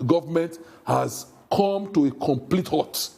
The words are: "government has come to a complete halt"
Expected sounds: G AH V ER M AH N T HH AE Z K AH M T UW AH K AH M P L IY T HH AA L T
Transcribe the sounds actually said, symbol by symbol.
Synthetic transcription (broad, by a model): G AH V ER M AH N T HH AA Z K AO M T UW AH K AH M P L IY T HH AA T